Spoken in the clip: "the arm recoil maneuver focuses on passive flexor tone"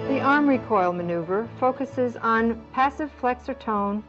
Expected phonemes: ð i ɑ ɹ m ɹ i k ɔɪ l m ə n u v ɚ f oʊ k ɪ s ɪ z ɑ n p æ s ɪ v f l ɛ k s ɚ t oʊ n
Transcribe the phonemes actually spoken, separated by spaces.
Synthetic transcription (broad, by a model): ð i ɑ ɹ m ɹ i k ɔɪ l m ə n u v ɚ f oʊ k ɪ s ɪ z n p æ s ɪ v f l ɛ k s ɚ t oʊ n